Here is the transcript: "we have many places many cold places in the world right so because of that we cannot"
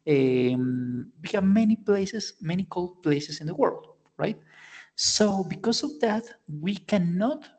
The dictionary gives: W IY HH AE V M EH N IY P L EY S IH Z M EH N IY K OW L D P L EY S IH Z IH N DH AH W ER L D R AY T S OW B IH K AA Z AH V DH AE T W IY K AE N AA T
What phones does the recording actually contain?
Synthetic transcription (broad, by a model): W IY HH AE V M EH N IY P L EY S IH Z M EH N IY K OW L D P L EY S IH S IH N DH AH W ER L D R AY T S OW B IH K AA S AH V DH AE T W IY K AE N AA T